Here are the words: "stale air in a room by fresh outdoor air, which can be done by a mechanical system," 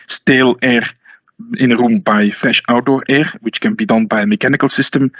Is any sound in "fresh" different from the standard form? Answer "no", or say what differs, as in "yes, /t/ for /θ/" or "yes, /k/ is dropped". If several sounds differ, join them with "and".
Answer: yes, /ɹ/ is dropped